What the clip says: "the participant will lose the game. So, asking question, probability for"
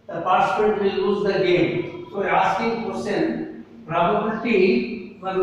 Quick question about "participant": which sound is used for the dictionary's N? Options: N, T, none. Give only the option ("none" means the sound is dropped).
none